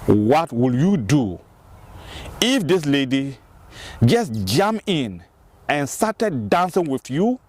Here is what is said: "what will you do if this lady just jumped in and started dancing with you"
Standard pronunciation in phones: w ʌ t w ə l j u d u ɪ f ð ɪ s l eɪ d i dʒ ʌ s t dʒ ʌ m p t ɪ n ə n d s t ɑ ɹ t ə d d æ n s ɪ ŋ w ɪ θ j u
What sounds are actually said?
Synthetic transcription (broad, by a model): w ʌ t w ə l j u d u ɪ f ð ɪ s l eɪ d i dʒ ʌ s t dʒ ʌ m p ɪ n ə n s t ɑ t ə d d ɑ n s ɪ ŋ w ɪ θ j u